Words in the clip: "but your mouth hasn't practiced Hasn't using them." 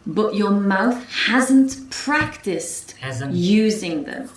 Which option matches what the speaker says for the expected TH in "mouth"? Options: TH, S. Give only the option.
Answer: TH